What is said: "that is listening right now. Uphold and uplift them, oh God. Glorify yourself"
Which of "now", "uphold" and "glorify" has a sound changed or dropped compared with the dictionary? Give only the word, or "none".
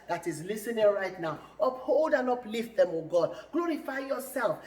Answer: none